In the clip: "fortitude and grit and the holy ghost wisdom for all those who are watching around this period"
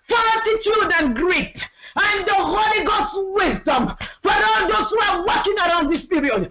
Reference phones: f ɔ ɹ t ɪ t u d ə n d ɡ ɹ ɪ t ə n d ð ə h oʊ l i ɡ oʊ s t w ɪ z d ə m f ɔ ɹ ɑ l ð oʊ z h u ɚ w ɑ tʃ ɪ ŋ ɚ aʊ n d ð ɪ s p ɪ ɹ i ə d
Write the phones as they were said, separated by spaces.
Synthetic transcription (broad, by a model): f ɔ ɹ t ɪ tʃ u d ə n ɡ ɹ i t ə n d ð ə h oʊ l i ɡ oʊ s w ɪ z d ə m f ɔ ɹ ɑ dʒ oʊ s h u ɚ w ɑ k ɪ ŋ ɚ aʊ n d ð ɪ s p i ɹ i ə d